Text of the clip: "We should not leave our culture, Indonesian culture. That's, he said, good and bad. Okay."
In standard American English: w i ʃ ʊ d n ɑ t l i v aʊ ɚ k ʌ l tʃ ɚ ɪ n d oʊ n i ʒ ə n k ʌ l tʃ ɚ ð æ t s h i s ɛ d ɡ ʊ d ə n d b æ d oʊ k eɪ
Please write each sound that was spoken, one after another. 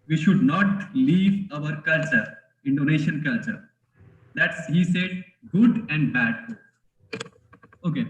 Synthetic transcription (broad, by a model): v i ʃ ʊ d n ɑ t l i v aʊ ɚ k ʌ l tʃ ɚ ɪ n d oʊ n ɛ ʃ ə n k ʌ l tʃ ɚ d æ t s h i s ɛ d ɡ ʊ d ə n d b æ d oʊ k eɪ